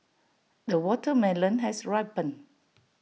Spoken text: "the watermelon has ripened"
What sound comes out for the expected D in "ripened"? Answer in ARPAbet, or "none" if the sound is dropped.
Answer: none